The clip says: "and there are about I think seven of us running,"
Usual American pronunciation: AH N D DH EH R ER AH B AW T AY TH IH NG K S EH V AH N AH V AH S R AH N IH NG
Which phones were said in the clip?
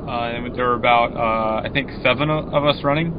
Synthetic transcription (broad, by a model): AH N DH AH R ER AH B AW T AY TH IH NG K S EH V AH N AH V AH S R AH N IH NG